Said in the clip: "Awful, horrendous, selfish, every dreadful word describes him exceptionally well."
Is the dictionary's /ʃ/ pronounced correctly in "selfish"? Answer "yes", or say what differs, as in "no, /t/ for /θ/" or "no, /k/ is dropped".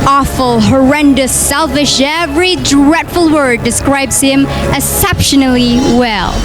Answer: yes